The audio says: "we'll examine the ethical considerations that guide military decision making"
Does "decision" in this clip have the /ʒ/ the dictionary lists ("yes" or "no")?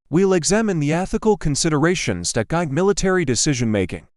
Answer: yes